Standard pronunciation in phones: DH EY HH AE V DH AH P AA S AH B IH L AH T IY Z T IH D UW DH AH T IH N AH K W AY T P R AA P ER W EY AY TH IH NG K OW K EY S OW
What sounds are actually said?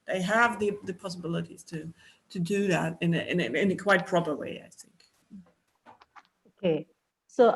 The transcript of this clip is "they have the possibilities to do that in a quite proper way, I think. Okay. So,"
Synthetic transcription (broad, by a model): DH EY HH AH V DH AH P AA S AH B IH L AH T IY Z T IH D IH DH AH T IH N AH K W AY T P R AA P ER W EY AY TH IH NG K OW K EY S OW